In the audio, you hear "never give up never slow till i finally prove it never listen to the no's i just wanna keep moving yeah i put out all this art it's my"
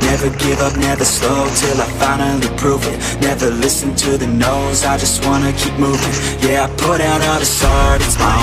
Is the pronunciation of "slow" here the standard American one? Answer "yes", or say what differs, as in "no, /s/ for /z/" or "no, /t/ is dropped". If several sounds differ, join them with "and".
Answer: no, /l/ is dropped